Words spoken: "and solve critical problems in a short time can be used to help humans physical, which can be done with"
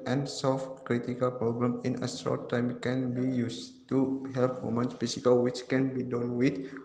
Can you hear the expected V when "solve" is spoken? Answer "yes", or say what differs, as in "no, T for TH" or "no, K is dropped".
no, F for V